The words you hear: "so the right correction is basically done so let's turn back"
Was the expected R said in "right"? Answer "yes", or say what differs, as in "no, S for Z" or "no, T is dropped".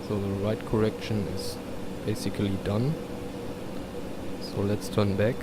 yes